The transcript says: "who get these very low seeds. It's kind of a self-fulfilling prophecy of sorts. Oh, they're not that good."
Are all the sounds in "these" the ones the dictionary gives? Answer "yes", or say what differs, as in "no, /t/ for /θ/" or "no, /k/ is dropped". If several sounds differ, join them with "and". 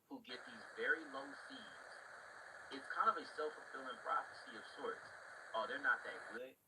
yes